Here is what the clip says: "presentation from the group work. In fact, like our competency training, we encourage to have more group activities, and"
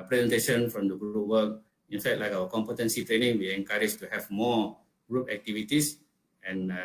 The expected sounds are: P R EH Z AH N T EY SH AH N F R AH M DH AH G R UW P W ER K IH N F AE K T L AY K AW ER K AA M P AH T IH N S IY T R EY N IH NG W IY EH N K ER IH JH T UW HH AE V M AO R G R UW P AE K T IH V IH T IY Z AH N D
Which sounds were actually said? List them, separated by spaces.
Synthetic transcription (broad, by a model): P R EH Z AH N T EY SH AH N F R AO M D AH G R UW P W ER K IH N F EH T L AY K AW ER K AA M P AH T IH N S IY T R EY N IH NG W IY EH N K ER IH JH T UW HH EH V M AO G R UW P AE K T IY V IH T IY S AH N